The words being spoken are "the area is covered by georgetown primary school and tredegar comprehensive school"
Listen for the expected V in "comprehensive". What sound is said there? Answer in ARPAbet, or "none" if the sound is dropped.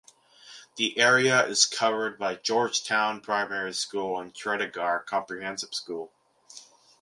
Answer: P